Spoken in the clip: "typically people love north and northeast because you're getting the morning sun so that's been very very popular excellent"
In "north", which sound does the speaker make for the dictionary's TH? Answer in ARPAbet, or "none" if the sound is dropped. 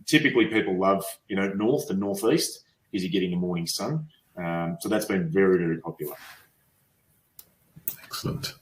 TH